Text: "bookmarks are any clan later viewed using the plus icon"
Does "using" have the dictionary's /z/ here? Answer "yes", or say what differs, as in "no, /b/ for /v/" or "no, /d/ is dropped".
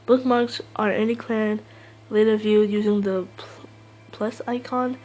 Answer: yes